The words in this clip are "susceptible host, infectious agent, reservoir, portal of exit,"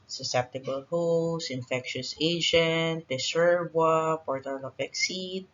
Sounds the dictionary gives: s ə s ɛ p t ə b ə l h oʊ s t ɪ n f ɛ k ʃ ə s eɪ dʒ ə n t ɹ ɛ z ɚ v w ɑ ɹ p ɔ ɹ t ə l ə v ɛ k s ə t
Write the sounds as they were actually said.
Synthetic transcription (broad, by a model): s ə s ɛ p t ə b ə l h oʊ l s ɪ n f ɛ k ʃ ə s eɪ dʒ ə n t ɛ s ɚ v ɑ p ɔ ɹ t ə l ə p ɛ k s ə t